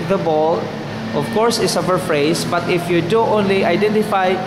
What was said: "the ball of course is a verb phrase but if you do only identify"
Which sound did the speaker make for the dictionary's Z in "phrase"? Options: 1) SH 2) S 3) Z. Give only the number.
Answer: 2